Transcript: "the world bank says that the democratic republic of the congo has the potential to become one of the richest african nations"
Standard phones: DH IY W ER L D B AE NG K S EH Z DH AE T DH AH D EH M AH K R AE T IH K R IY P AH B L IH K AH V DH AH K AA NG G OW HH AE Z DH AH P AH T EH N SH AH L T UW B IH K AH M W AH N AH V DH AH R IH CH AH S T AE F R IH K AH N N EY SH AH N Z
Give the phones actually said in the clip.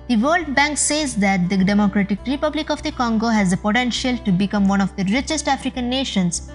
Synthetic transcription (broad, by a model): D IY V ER L D B AE NG K S EH Z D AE T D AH D EH M AH K R AE T IH K R IY P AH B L IH K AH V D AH K AA NG G OW HH AE Z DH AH P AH T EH N SH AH L T UW B IH K AH M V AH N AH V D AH R IH CH AH S T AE F R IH K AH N N EY SH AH N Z